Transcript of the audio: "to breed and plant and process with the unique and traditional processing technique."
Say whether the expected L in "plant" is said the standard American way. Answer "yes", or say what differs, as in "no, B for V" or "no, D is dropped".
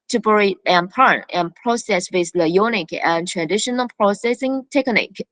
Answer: no, L is dropped